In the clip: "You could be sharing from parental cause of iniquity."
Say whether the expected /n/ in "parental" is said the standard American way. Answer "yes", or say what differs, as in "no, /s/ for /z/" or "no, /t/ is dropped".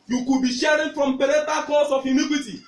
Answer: no, /n/ is dropped